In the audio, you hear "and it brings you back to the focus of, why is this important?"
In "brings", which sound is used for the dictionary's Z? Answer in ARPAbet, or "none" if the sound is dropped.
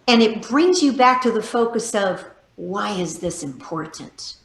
Z